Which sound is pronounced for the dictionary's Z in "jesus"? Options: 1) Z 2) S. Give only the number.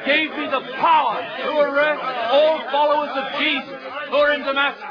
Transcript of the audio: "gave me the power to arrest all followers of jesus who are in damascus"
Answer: 1